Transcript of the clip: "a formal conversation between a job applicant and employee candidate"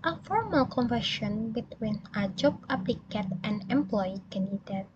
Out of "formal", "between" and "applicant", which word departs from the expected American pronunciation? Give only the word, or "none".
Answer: applicant